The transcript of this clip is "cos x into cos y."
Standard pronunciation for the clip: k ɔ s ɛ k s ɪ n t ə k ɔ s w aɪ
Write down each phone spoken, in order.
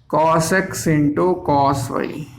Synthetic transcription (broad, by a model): k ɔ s ɛ k s ɪ n t ə k ɔ s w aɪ